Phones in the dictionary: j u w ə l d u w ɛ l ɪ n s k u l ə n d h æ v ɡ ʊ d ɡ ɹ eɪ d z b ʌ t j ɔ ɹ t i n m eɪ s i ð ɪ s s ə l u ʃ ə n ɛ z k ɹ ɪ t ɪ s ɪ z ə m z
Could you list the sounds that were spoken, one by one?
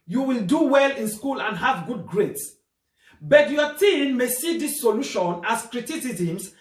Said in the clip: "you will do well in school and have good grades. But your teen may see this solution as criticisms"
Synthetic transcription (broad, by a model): j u w ə l d u w ɛ l ɪ n s k u l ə n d h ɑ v ɡ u d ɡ ɹ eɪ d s b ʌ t j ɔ t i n m eɪ s i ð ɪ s s ə l u ʃ ə n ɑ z k ɹ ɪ t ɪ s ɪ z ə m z